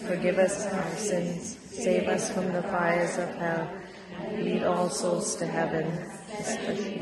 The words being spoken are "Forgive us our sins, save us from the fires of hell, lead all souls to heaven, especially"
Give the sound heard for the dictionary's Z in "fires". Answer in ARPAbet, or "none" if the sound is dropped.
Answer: Z